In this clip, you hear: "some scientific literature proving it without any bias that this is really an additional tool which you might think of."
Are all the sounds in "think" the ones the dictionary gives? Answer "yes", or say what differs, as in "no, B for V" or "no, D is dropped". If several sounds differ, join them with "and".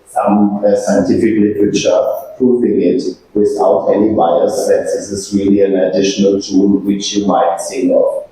no, S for TH and K is dropped